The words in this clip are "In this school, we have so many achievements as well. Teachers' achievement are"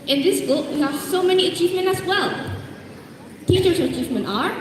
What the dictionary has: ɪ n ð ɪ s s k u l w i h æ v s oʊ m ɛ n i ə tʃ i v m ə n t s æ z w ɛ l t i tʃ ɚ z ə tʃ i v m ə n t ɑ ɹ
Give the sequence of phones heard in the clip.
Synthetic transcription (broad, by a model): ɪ n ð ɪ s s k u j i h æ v s oʊ m ɛ n i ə tʃ i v m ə n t æ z w ɛ l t i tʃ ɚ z ə tʃ i v m ə n t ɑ ɹ